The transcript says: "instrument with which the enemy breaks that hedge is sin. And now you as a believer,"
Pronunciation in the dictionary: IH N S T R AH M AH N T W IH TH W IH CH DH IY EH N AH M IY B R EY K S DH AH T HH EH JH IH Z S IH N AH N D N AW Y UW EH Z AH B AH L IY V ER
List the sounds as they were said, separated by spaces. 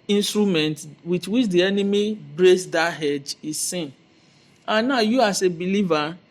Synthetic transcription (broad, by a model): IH N S T R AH M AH N T W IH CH W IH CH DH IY EH N AH M IY B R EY S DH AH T HH EH JH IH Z S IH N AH N N AW Y UW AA S AH B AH L IY V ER